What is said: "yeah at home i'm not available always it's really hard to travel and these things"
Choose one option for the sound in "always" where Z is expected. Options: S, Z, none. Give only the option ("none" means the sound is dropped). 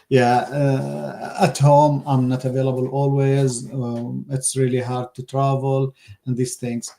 Z